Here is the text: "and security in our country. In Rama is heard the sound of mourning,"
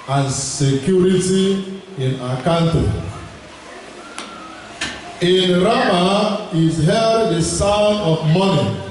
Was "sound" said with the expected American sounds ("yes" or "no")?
no